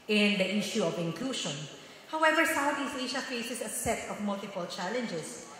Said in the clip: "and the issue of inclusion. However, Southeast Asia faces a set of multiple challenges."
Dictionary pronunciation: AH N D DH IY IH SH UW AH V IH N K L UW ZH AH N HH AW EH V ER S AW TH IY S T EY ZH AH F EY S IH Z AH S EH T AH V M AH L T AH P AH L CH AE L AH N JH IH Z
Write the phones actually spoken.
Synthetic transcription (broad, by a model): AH N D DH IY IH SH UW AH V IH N K L UW SH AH N HH AW EH V ER S AW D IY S EY SH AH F EY S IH S AH S EH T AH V M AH L T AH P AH L CH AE L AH N JH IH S